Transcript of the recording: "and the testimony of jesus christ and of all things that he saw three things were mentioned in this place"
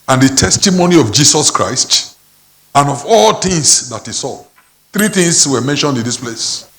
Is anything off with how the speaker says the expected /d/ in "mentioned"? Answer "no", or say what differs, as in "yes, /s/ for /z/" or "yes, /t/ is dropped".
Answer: no